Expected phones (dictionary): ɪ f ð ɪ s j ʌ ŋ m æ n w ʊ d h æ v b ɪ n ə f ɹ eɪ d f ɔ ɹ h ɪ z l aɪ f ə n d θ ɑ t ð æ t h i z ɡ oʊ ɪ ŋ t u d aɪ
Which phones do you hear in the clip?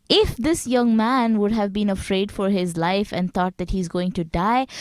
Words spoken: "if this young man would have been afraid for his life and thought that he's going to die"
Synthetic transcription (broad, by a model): ɪ f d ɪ s j ʌ ŋ m æ n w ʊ d h æ v b ɪ n ə f ɹ eɪ d f ɔ ɹ h ɪ z l aɪ f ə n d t ɑ t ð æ t h i z ɡ oʊ ɪ ŋ t u d aɪ